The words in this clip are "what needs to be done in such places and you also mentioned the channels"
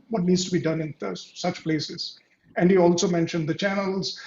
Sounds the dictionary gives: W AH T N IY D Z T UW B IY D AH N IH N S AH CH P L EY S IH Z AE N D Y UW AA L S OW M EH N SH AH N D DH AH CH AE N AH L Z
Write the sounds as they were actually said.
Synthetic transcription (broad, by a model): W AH T N IY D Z T UW B IY D AH N IH N S AH CH P L EY S IH Z AE N D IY AA L S OW M EH N SH AH N D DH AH CH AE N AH L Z